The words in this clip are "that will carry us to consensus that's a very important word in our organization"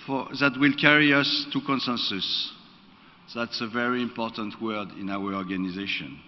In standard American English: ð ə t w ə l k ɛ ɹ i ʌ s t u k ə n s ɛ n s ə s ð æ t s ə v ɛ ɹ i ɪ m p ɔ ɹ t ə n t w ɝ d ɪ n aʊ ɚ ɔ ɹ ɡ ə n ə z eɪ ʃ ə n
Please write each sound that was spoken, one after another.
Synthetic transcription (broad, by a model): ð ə t w ə l k ɛ ɹ i ʌ s t u k ə n s ɛ n s ə s ð æ t s ə v ɛ ɹ i ɪ m p ɔ ɹ t ə n t w ɝ d ɪ n aʊ ɚ ɔ ɹ ɡ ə n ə z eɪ ʃ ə n